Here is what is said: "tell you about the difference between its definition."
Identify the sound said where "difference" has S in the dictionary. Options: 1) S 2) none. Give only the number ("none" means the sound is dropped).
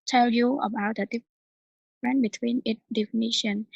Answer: 2